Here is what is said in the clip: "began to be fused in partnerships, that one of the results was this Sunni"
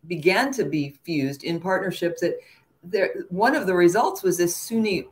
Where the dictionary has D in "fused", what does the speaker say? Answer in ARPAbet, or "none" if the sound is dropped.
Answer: D